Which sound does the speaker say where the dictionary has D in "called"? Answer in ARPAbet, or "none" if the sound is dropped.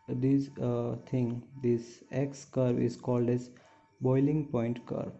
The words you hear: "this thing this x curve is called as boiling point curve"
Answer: D